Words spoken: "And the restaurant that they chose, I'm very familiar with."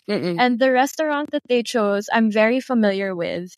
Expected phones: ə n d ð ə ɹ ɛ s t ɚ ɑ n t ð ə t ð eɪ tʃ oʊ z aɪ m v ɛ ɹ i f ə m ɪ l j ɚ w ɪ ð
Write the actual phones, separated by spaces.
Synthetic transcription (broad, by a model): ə n ð ə ɹ ɛ s t ɚ ɑ n t ð ə t ð eɪ tʃ oʊ z aɪ m v ɛ ɹ i f ə m ɪ l j ɚ w ɪ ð